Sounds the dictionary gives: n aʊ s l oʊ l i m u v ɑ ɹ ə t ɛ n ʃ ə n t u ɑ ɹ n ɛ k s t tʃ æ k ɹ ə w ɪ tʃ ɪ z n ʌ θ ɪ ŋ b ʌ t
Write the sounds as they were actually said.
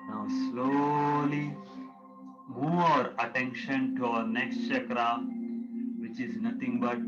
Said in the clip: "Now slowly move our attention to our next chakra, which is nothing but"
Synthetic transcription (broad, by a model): n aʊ s l oʊ l i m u ɑ ɹ ə t ɛ n ʃ ə n t u ɑ ɹ n ɛ k s t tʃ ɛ k ɹ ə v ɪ tʃ ɪ z n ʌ t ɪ ŋ b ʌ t